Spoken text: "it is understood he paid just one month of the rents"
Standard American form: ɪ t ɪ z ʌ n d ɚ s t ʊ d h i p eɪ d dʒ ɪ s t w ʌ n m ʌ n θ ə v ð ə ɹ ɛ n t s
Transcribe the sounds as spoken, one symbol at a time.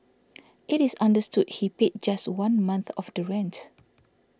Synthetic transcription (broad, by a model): ɪ t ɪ s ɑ n d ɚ s t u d h i p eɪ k dʒ ɪ s t w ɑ n m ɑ n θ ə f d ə ɹ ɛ n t